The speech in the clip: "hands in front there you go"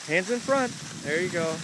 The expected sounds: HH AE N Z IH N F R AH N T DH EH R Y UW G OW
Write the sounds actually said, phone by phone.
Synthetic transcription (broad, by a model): HH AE N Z IH N F R AH N T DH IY R Y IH G OW